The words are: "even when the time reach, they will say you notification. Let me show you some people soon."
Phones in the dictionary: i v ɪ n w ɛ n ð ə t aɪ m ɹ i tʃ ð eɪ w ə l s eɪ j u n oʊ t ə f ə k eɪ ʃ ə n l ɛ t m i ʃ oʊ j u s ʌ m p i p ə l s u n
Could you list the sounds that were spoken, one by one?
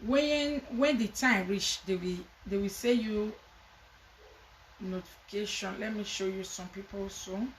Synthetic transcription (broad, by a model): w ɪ n w ɛ n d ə t aɪ m ɹ i tʃ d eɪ w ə w s eɪ j u n oʊ t ə f ə k eɪ ʃ ə n l ɛ t m i ʃ oʊ j u s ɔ m p i p ə l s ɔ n